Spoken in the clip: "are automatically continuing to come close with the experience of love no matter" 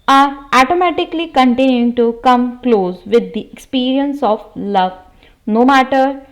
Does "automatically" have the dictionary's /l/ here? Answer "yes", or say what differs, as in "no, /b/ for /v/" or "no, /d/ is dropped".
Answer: yes